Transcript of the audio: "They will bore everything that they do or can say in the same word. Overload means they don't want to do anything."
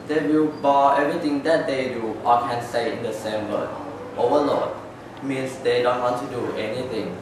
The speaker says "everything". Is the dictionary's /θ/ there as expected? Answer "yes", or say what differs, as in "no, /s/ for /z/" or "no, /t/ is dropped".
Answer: no, /t/ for /θ/